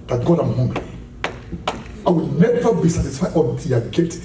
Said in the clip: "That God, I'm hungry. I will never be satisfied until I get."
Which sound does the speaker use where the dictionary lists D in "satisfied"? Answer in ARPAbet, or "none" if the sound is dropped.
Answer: none